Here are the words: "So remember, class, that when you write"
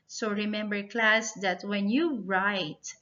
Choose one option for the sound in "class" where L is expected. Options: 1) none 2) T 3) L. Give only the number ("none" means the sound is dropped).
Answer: 3